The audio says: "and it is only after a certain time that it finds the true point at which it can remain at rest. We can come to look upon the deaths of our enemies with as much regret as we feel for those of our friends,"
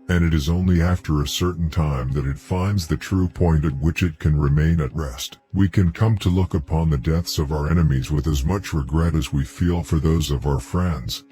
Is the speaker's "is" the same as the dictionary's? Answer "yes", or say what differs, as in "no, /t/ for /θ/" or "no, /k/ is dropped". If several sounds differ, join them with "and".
yes